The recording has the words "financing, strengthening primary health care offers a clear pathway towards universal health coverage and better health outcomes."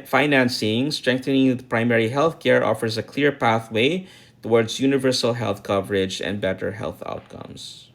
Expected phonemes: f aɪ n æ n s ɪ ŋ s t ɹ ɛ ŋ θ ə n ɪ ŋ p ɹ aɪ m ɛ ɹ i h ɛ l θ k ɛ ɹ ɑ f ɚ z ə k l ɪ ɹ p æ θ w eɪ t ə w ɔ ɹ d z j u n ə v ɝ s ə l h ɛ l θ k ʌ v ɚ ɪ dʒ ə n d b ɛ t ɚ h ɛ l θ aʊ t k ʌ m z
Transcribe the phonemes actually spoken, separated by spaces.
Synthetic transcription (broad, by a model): f aɪ n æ n s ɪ ŋ s t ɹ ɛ ŋ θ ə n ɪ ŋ p ɹ aɪ m ɛ ɹ i h ɛ l θ k ɛ ɹ ɑ f ɚ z ə k l ɪ ɹ p æ θ w eɪ t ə w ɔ ɹ d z j u n ə v ɝ s ə l h ɛ l θ k ʌ v ɚ ɪ dʒ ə n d b ɛ t ɚ h ɛ l θ aʊ t k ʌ m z